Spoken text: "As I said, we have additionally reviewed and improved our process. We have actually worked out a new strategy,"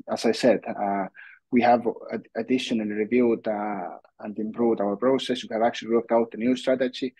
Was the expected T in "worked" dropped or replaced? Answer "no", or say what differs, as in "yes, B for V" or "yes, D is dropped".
no